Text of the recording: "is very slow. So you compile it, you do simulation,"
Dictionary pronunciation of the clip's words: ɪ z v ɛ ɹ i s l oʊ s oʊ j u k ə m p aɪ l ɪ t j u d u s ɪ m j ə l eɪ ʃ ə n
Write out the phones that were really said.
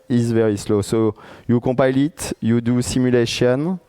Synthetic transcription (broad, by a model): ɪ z v ɛ ɹ i s l oʊ s oʊ j u k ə p aɪ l ɪ t j u d u s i m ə l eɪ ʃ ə n